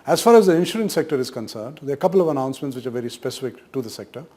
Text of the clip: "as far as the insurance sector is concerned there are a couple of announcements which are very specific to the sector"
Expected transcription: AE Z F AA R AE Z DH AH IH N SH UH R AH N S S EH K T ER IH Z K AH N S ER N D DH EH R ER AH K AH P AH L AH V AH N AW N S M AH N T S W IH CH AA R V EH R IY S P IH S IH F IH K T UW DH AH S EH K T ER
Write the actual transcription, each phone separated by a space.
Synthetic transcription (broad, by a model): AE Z F AA R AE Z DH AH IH N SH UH R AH N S S EH K T ER IH Z K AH N S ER N D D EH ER AH K AH P AH L AH V AH N AW N S M AH N T S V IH CH AA R V EH R IY S P IH S IH F IH K T UW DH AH S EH K T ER